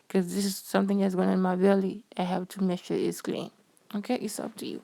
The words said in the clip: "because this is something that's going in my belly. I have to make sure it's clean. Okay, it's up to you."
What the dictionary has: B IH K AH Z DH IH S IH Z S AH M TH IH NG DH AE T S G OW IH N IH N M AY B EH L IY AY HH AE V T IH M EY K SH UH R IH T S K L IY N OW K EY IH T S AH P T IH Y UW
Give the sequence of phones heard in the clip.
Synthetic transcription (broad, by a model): K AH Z DH IH S IH Z S AH M TH IH NG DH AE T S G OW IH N IH N M AY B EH L IY AY HH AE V T IH M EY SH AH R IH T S K L IY N OW K EY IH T S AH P T IH Y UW